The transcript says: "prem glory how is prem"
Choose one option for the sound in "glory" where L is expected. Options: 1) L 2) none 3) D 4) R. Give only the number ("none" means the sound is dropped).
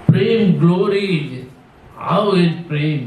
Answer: 1